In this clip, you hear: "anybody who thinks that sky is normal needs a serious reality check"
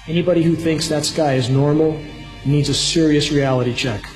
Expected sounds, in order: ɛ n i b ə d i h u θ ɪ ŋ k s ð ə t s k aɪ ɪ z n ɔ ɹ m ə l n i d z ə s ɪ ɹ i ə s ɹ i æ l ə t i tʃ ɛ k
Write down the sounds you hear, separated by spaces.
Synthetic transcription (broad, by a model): ɛ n i b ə d i h u θ ɪ ŋ k s ð ə t s k aɪ ɪ z n ɔ ɹ m l n i d z ə s ɪ ɹ i ə s ɹ i æ l ə t i tʃ ɛ k